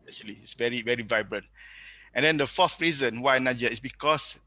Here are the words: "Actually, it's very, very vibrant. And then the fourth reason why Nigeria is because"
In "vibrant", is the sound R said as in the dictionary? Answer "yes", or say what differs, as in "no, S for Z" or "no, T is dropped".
yes